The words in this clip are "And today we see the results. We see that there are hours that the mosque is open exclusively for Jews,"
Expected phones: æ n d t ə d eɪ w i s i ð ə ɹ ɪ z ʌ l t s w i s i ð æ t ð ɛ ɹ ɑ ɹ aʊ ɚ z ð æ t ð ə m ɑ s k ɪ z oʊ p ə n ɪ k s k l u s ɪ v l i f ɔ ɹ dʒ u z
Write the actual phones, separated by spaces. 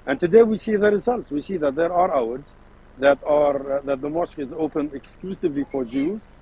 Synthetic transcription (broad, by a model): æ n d t ə d eɪ w i s i ð ə ɹ ɪ z ʌ l t s w i s i ð æ t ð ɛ ɹ ɑ ɹ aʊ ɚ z ð æ t ð ə m ɑ s k ɪ z oʊ p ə n ɪ k s k l u s ɪ v l i f ɔ ɹ dʒ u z